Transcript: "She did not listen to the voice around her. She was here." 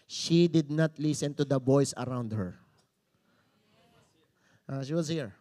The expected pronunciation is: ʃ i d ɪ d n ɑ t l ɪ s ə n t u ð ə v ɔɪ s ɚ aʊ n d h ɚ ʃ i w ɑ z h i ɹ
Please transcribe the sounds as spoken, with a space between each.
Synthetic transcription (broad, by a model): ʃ i d ɪ d n ɑ t l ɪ s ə n t u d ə b ɔɪ s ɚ aʊ n d h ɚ ʃ i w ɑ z h i ɹ